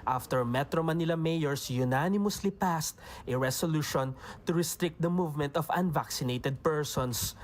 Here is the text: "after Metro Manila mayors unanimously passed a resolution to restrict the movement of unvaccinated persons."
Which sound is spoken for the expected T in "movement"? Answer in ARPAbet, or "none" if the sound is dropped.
T